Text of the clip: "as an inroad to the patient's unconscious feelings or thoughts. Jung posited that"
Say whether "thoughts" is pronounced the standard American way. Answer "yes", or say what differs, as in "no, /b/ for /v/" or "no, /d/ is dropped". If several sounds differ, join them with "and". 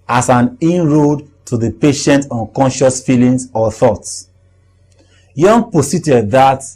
yes